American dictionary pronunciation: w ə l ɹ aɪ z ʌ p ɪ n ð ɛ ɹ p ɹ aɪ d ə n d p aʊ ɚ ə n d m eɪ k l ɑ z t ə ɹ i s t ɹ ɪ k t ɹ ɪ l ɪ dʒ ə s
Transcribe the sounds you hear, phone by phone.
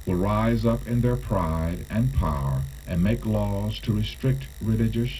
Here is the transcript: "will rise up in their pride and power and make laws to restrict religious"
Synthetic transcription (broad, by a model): w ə l ɹ aɪ z ʌ p ɪ n ð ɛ ɹ p ɹ aɪ d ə n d p aʊ ɚ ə n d m eɪ k l ɑ z t ə ɹ i s t ɹ ɪ k t ɹ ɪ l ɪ dʒ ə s